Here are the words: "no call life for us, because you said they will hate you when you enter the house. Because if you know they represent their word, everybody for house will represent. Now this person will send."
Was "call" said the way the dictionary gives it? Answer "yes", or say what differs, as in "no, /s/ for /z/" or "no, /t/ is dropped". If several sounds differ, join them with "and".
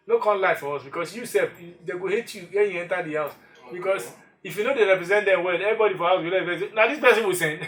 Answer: no, /n/ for /l/